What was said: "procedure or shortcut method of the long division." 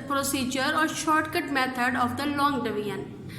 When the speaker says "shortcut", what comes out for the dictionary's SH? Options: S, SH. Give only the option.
SH